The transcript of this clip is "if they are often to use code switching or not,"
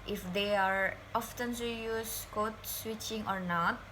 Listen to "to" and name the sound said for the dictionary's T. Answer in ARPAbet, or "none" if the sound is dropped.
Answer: S